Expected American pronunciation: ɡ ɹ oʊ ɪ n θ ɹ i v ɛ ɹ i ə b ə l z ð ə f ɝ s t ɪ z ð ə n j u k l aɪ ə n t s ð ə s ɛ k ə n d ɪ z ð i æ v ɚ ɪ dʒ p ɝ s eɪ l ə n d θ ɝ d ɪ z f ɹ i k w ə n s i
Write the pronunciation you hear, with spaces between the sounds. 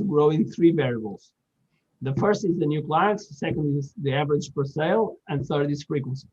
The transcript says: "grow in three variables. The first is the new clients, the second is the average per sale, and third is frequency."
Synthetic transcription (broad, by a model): ɡ ɹ oʊ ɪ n θ ɹ i v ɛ ɹ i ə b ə l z ð ə f ɝ s t ɪ z ð ə n j u k l aɪ ə n t s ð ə s ɛ k ə n d ɪ z ð i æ v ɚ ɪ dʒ f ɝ s eɪ l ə n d θ ɝ d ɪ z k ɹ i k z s